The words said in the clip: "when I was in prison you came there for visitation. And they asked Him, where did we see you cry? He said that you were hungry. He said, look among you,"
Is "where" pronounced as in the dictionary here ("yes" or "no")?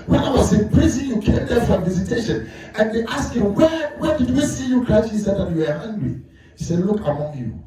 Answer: no